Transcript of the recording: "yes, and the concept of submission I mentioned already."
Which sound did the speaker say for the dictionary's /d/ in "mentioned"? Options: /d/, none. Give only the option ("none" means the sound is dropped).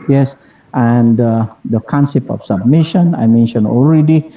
none